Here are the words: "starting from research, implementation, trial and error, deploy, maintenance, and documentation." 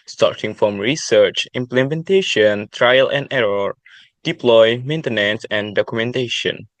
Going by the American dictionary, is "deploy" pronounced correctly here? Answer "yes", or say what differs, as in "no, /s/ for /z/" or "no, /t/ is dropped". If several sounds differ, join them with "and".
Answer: yes